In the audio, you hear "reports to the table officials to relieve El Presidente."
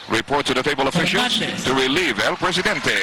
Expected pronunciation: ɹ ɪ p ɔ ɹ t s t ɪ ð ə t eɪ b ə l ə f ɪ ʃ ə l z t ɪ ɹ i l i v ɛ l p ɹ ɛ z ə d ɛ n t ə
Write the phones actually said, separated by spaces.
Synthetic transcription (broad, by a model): ɹ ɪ p ɔ ɹ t t ɪ ð ə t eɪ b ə l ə f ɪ ʃ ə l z t ɪ ɹ i l i v ɛ l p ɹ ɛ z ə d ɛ n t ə